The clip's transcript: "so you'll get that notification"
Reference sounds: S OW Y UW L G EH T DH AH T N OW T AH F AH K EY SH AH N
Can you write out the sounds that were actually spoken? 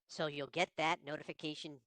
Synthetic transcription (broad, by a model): S OW Y UW L G EH T DH AH T N OW T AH F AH K EY SH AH N